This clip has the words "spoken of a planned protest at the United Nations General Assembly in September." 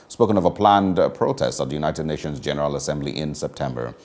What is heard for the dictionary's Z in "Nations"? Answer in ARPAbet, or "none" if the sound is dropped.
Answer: Z